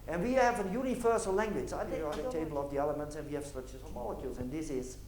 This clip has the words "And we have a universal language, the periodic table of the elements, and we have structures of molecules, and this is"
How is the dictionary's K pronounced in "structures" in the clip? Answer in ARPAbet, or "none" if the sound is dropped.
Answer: none